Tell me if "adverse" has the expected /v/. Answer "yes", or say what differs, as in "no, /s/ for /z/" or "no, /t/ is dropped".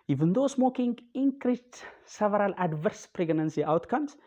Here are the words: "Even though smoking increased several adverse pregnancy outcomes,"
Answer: yes